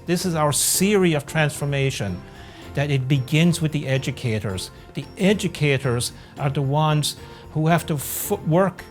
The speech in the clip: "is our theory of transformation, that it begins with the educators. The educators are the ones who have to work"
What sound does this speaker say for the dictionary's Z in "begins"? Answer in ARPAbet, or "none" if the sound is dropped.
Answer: Z